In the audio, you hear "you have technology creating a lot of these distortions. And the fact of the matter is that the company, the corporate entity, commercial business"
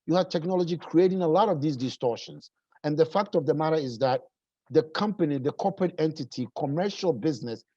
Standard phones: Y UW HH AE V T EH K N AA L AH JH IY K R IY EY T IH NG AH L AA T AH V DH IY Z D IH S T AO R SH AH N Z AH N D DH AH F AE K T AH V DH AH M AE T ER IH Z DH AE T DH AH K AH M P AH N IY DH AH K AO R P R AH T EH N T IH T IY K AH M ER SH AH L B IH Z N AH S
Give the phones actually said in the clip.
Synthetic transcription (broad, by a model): Y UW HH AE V T EH K N AA L AH JH IY K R IY EY T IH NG AH L AA T AH V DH IY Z D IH S T AO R SH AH N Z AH N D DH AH F AE K T AH V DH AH M AE T ER IH Z DH AE T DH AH K AH M P AH N IY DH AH K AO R P R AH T EH N T IH T IY K AH M ER SH AH L B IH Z N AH S